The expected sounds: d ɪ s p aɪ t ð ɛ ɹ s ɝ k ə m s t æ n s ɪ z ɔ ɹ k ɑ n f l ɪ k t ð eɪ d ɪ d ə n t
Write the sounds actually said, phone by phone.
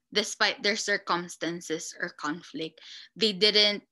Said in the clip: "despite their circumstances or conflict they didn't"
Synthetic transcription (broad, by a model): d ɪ s p aɪ t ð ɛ ɹ s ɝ k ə m s t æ n s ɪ s ɔ ɹ k ɑ n f l ɪ k t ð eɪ d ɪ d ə n t